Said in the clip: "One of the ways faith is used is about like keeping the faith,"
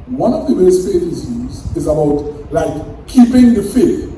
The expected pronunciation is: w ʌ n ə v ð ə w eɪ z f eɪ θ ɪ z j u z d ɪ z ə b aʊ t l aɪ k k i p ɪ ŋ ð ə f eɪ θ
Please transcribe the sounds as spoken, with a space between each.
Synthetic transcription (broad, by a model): w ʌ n ə v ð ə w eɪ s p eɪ t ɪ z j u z ɪ z ə b aʊ t l aɪ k k i p ɪ ŋ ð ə f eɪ